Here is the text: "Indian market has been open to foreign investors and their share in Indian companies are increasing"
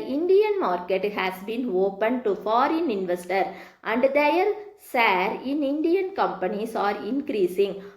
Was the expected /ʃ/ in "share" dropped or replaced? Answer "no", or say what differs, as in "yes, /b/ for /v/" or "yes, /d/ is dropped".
yes, /s/ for /ʃ/